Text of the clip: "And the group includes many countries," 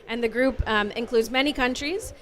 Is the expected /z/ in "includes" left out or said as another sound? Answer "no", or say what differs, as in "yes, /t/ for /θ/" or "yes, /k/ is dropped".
no